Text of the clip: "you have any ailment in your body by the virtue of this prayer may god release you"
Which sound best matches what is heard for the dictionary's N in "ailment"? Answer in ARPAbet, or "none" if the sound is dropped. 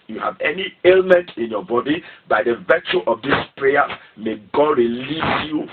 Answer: N